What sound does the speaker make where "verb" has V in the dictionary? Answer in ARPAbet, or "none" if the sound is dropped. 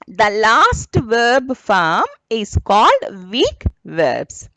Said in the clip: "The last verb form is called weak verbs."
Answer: V